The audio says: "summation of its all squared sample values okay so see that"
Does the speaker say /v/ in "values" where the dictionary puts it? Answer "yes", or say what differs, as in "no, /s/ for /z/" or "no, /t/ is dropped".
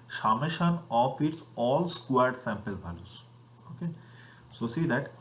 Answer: no, /b/ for /v/